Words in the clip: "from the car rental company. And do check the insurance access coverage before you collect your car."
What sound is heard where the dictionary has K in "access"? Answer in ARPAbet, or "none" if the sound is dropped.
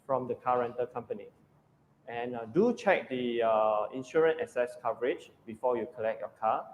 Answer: none